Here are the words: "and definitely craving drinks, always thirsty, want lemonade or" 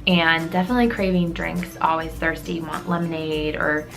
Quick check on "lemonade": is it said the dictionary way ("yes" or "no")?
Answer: yes